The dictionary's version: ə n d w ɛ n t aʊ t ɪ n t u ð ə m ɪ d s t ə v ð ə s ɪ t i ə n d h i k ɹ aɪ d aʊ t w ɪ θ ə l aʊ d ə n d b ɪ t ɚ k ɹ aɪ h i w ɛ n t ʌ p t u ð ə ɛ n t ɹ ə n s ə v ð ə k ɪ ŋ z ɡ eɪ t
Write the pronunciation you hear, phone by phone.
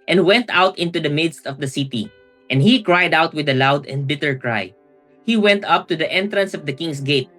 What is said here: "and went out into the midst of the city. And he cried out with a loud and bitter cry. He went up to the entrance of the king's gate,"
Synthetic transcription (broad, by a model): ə n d w ɛ n t aʊ t ɪ n t u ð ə m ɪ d s t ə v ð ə s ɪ t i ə n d h i k ɹ aɪ d aʊ t w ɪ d ə l aʊ d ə n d b ɪ t ɚ k ɹ aɪ h i w ɛ n t ʌ p t u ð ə ɛ n t ɹ ə n s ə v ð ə k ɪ ŋ s ɡ eɪ t